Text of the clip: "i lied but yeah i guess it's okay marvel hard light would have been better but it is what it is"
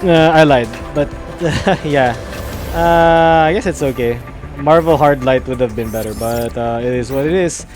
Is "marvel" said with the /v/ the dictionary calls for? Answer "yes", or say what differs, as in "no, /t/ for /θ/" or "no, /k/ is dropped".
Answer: yes